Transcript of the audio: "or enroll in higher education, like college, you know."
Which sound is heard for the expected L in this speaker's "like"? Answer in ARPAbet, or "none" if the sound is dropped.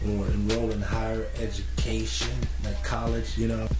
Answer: N